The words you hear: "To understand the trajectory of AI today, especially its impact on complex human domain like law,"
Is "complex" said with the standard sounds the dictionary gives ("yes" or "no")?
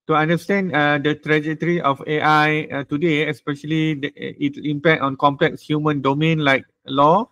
yes